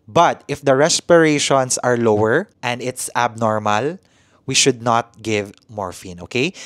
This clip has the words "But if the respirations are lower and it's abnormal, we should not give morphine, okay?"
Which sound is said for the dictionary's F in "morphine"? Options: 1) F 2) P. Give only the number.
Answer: 1